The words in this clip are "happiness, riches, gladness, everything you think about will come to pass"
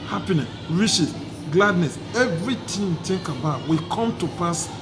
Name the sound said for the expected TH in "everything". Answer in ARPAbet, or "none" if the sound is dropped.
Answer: T